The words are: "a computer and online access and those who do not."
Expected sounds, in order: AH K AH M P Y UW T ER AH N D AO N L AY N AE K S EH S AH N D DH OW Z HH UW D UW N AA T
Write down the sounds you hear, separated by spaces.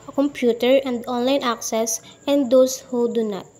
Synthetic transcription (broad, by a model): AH K AH M P Y UW T ER AH N D AO N L AY N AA K S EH S AH N D OW S HH UW D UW N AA T